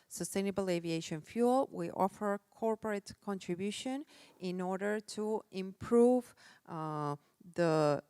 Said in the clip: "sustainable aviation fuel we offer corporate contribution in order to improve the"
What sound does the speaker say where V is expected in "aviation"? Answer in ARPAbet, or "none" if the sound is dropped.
V